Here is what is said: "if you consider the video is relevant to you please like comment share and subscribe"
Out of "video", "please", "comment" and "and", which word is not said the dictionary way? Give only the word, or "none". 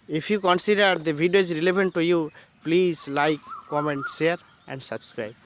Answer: video